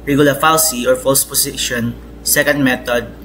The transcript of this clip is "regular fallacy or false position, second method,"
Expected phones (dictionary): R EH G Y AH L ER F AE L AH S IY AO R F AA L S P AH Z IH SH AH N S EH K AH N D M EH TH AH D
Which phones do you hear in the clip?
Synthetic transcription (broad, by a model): R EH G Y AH L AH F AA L S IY AO R F AA L S P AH S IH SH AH N S EH K AH N D M EH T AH D